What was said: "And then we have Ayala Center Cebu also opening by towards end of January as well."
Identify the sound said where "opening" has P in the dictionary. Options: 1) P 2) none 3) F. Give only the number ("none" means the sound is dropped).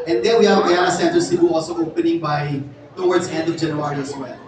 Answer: 1